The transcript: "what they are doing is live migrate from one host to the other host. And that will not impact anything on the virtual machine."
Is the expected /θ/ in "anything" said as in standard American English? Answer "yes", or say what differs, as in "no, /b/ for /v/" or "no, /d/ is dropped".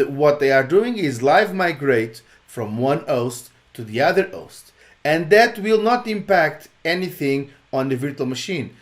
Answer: yes